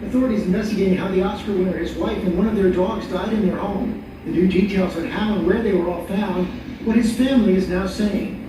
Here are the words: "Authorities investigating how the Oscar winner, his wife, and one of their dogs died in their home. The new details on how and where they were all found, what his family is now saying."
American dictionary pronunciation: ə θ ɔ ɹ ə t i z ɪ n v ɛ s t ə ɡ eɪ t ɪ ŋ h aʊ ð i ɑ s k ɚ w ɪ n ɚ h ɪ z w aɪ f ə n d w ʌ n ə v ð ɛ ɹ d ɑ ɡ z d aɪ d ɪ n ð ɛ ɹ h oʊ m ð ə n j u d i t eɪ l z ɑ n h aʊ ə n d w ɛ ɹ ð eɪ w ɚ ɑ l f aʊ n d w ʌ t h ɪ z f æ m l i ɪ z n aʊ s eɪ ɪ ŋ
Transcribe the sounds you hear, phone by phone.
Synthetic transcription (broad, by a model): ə θ ɔ ɹ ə t i z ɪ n v ɛ s t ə ɡ eɪ t ɪ ŋ h aʊ ð i ɑ s k ɚ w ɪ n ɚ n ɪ z w aɪ f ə n w ʌ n ə v ð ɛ ɹ d ɑ ɡ z d aɪ d ɪ n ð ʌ ɹ h oʊ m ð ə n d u d i t eɪ l z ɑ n h aʊ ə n w ɛ ɹ ð eɪ w ɚ ɑ l f aʊ n d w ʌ t h ɪ z f æ m l i ɪ z n aʊ s eɪ ɪ ŋ